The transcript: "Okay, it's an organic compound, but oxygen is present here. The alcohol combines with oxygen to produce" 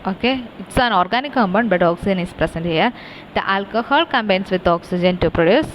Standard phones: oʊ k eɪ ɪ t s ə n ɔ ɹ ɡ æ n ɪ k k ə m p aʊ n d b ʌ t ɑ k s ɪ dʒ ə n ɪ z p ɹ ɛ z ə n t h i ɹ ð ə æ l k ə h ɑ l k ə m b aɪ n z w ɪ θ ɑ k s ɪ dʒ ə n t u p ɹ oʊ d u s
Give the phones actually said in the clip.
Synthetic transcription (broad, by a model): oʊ k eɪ ɪ t s ə n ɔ ɹ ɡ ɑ n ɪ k k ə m b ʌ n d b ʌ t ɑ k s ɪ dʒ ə n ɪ s p ɹ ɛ s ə n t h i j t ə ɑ l k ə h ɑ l k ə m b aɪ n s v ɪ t ɑ k s ɪ dʒ ə n t u p ɹ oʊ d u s